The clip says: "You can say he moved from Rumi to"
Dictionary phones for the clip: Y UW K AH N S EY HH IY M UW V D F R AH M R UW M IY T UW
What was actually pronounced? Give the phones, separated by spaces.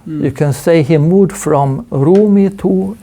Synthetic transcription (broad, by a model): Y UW K AH N S EY HH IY M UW D F R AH M R UW M IY T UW